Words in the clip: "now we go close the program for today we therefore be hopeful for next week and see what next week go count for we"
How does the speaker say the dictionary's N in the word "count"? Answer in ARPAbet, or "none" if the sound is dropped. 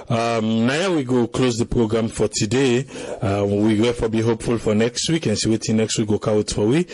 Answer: none